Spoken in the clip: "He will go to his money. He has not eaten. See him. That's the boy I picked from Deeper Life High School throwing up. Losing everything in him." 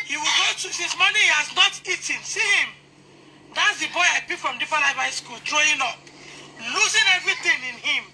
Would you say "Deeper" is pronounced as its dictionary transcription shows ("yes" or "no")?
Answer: no